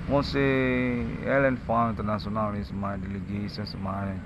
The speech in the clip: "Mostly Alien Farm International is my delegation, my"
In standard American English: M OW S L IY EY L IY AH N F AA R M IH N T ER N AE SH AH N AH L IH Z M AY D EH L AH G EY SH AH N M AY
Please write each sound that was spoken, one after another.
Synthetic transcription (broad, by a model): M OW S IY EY L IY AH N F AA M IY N T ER N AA S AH N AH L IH S M AY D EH L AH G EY S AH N M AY